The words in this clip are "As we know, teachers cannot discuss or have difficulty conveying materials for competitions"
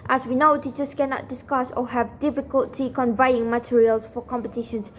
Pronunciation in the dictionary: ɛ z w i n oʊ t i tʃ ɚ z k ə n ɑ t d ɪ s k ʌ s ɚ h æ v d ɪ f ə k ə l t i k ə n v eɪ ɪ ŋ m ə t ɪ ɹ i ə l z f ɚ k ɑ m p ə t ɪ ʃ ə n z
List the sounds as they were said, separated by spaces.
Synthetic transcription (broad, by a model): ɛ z w i n oʊ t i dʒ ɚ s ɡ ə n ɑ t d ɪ s k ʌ s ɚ h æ v d ɪ f ə k ə l t i k ə n v eɪ ɪ ŋ m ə t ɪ ɹ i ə l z f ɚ k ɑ m p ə t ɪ ʃ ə n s